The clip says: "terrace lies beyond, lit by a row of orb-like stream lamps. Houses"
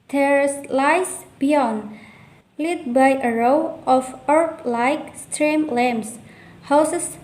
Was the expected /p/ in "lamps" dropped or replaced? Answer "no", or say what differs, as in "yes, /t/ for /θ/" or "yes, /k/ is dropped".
yes, /p/ is dropped